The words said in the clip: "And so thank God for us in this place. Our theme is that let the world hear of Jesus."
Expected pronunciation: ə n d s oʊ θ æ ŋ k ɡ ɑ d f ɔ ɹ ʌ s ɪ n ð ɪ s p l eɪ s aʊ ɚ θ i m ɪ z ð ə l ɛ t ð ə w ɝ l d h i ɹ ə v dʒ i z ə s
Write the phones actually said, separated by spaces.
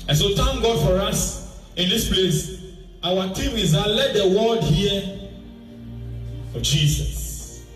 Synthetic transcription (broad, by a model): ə n s oʊ t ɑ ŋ ɡ ɑ d f ɔ ɹ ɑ s ɪ n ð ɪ s p l eɪ s aʊ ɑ t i m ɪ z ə l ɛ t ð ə w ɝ d h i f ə dʒ i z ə s